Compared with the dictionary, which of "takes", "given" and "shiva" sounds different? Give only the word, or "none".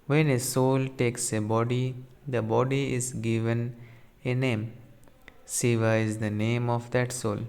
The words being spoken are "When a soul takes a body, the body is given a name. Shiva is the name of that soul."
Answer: shiva